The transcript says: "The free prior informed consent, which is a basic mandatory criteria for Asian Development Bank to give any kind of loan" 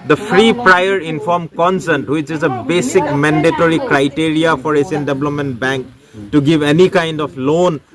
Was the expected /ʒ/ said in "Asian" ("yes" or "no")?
no